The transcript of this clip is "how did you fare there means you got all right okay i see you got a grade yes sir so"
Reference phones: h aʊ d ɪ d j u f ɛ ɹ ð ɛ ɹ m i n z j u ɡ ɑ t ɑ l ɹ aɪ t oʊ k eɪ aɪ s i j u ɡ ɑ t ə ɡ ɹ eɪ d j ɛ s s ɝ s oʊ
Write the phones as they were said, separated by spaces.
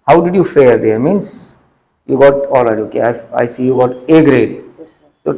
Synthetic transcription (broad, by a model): h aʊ d ɪ d j u f ɛ ɹ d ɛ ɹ m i n s j u ɡ ɑ t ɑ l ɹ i oʊ k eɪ aɪ s i j u ɡ ɑ t ə ɡ ɹ eɪ d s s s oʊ